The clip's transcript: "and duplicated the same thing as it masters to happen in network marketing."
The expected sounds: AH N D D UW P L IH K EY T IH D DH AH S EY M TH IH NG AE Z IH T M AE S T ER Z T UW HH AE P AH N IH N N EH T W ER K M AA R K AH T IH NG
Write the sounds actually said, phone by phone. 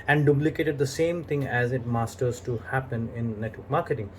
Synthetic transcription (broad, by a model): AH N D D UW B L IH K EY T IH D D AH S EY M T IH NG AE Z IH T M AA S T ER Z T UW HH AE P AH N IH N N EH T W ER K M AA R K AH T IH NG